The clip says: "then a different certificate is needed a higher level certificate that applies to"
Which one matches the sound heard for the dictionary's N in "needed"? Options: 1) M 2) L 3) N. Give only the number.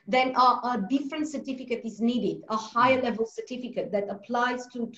3